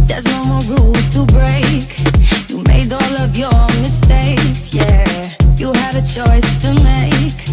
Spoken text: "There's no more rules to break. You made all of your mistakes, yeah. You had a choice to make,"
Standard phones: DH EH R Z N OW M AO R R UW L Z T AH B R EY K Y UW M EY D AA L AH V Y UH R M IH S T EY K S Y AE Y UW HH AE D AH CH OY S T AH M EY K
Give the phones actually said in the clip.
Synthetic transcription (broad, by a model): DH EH R Z N OW M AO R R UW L T AH B R EY K Y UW M EY D AA L AH V Y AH R M IH S T EY K S Y AE Y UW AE D AH CH OY S T AH M EY K